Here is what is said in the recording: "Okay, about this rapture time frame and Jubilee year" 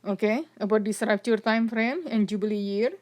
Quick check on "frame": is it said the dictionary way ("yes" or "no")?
yes